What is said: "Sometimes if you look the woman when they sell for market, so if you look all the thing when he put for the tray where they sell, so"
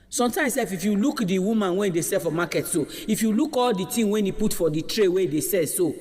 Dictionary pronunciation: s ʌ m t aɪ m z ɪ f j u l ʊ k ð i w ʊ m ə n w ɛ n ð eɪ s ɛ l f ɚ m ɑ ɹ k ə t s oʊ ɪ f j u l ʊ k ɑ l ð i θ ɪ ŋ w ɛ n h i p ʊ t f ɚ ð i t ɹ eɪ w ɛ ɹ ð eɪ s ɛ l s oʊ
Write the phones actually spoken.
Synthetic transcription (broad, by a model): s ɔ m t aɪ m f ɪ f j u l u k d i w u m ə n w ɛ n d eɪ s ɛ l f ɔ m ɑ k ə t s oʊ ɪ f j u l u k ɑ l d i t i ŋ w ɛ n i p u t f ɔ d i t ɹ eɪ w ɛ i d eɪ s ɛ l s oʊ